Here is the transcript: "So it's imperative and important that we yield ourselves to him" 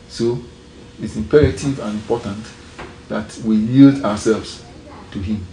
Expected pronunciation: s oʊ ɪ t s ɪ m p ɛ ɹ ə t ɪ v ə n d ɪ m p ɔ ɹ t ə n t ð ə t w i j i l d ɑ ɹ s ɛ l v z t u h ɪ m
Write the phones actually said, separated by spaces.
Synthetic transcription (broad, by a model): s oʊ ɪ t s ɪ m p ɛ ɹ ə t ɪ v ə n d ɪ m p ɔ t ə n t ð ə t w i j i l d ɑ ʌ s ɛ l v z t u h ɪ m